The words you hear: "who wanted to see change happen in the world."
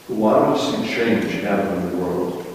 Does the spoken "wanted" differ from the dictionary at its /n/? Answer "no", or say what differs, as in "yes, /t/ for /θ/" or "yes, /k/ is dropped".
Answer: yes, /n/ is dropped